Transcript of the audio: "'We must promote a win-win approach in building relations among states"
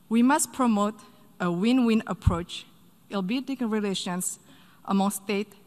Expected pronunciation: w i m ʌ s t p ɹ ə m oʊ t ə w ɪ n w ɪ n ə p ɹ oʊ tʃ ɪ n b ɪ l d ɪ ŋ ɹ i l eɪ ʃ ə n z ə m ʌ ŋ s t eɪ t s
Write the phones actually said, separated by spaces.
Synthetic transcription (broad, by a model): w i m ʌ s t p ɹ ə m oʊ t ə w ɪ n w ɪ n ə p ɹ oʊ tʃ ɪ l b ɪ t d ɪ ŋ ɹ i l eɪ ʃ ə n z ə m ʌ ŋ s t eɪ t